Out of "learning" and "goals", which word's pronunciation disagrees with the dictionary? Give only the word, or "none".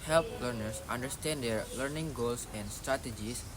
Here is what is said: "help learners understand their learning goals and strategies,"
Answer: goals